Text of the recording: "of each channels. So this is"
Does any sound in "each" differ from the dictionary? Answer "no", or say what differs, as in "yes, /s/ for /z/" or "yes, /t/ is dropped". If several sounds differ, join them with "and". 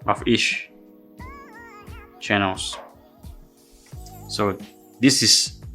yes, /ʃ/ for /tʃ/